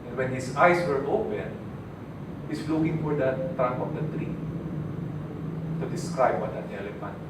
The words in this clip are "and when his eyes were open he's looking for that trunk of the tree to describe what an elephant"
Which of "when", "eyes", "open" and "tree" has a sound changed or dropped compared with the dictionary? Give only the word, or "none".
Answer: eyes